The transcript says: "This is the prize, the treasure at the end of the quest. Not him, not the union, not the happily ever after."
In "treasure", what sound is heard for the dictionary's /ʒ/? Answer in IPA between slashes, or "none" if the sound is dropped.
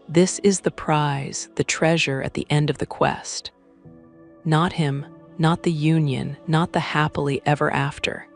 /ʒ/